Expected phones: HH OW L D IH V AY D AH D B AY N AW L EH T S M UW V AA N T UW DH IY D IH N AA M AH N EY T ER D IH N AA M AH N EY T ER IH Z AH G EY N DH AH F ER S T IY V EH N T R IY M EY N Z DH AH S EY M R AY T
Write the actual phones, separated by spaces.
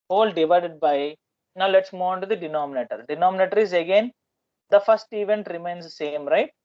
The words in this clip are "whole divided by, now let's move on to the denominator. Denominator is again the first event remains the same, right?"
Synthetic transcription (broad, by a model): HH OW L D IH V AY D AH D B AY N AW L EH T S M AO AA N T UW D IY D IH N AA M AH N EY T ER D IH N AA M AH N EY T ER IH Z AH G EY N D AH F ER S T IY V EH N T R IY M EY N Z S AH S EY M R AY T